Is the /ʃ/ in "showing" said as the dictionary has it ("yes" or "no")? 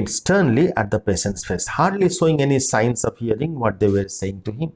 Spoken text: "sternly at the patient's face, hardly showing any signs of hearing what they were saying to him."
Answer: no